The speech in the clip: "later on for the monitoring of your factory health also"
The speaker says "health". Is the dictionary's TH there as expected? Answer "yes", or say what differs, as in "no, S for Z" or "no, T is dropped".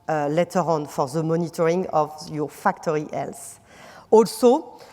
no, S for TH